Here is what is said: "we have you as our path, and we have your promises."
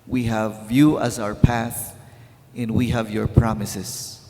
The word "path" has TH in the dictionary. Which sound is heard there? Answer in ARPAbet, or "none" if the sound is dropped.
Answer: TH